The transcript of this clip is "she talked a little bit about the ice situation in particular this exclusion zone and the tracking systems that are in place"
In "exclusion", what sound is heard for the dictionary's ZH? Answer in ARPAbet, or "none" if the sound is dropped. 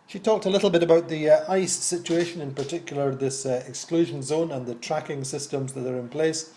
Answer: ZH